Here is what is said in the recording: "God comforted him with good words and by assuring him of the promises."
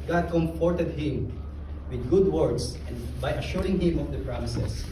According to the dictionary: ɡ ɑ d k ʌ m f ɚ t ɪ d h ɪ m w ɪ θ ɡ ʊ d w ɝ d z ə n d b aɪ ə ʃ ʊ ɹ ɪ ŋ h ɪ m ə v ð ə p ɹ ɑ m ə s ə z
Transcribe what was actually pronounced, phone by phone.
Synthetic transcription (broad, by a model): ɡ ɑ d k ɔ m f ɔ t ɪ d h ɪ m w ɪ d ɡ ʊ d w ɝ d s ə n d b aɪ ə ʃ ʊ ɹ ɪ ŋ h ɪ m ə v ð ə p ɹ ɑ m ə s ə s